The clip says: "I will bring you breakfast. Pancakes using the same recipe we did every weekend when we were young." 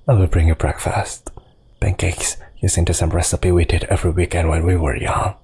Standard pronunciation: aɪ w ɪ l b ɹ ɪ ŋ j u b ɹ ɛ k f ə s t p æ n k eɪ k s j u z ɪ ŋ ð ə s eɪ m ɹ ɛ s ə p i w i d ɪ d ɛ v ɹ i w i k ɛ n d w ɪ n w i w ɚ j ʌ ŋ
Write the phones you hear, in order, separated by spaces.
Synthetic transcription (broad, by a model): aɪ w ɪ l b ɹ ɪ ŋ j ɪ b ɹ ɛ k f ə s t b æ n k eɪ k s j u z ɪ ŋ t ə s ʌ m ɹ ɛ s ə p i w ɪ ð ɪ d ɛ v ɹ i w i k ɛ n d w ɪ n w i w ɚ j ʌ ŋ